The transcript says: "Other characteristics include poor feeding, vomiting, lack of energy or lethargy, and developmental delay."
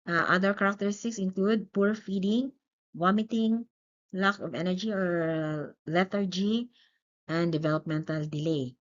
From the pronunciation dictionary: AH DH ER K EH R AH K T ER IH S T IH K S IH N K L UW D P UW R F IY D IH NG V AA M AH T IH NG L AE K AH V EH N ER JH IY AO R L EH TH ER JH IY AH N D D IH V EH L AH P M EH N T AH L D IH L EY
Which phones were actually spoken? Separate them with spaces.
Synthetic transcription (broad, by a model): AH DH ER K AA R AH K T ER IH S T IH K S IH N K L UW D P UW R F IY D IH NG W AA M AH T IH NG L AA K AH V EH N ER JH IY AO R L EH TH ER JH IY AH N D D IH V EH L AH P M EH N T AH L D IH L EY